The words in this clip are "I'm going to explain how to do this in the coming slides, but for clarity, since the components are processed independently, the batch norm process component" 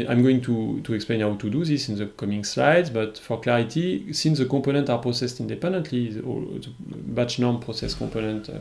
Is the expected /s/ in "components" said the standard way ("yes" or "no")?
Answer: no